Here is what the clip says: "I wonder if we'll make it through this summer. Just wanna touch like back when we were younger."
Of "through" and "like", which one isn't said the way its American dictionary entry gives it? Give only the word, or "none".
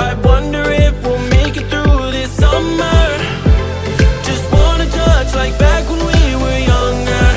none